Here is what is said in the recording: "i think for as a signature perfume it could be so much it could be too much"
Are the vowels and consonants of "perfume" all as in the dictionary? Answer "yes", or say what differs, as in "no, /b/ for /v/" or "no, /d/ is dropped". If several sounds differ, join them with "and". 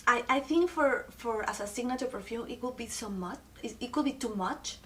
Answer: no, /m/ is dropped